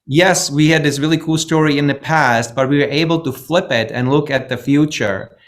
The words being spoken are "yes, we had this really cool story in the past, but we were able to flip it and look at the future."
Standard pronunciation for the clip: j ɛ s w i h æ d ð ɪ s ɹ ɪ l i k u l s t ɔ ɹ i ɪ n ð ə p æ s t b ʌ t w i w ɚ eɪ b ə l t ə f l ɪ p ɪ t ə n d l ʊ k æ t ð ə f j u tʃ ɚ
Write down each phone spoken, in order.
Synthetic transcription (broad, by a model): j ɛ s w i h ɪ d ð ɪ s ɹ ɪ l i k u l s t ɔ ɹ i ɪ n ð ə p æ s t b ʌ t w i w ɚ eɪ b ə l t ə f l ɪ p ɪ t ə n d l ʊ k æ t ð ə f j u tʃ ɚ